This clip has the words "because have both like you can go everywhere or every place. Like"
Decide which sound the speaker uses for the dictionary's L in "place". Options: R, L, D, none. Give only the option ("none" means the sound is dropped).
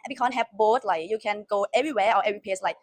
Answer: none